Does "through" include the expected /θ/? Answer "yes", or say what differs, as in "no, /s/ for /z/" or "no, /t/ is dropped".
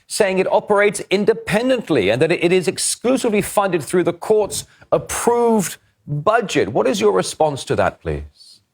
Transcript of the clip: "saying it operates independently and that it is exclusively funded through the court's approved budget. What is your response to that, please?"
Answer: yes